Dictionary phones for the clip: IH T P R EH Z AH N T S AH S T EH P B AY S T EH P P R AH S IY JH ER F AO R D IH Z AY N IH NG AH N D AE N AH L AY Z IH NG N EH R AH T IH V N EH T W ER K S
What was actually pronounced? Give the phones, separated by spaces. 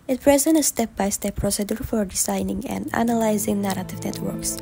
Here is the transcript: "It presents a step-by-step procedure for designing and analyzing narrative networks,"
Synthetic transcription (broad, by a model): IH T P R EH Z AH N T AH S T EH P B AY S T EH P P R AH S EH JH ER F AO R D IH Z AY N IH NG AH N D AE N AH L AY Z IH NG N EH R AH T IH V N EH T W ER K S